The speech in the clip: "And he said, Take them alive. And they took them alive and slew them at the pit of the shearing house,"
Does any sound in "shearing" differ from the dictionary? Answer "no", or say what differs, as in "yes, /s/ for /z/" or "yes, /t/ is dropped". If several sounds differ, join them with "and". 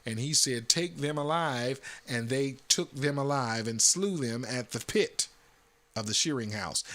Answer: no